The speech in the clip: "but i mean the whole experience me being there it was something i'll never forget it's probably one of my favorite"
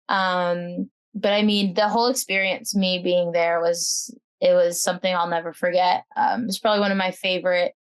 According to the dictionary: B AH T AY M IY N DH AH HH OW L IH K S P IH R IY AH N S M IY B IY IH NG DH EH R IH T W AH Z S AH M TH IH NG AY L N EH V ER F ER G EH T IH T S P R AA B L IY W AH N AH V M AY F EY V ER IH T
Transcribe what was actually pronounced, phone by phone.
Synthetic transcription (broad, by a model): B AH T AY M IY N DH AH HH OW L IH K S P IH R IY AH N S M IY B IY IH NG DH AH R IH T W AH Z S AH M TH IH NG AY L N EH V ER F ER G EH T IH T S P R AA B L IY W AH N AH V M AY F EY V ER IH T